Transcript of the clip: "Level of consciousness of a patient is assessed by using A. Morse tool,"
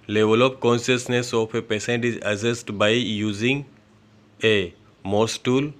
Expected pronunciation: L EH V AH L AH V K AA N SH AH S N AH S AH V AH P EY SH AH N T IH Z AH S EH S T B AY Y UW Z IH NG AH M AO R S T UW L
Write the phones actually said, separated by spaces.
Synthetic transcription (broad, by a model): L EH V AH L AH P K AA N SH AH S N AH S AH F AH P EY S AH N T IH Z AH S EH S T B AY Y UW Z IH NG AH M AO S T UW L